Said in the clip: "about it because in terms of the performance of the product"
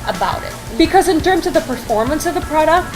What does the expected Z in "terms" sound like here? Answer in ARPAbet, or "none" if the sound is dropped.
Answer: Z